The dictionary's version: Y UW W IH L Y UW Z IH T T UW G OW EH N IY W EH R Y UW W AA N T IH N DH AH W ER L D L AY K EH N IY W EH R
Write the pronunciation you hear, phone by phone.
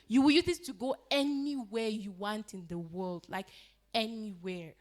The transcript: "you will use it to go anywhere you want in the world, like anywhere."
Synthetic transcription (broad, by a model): Y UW W IH L Y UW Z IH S T UW G OW EH N IY W EH R Y UW W AA N T IH N DH AH W ER L D L AY K EH N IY W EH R